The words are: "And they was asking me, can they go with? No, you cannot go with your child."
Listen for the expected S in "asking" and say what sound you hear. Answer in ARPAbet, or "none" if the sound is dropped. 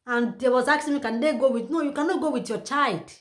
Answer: none